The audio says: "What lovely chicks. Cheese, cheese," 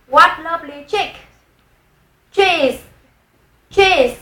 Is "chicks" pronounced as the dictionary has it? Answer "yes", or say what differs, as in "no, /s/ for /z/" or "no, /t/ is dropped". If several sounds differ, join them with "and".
no, /s/ is dropped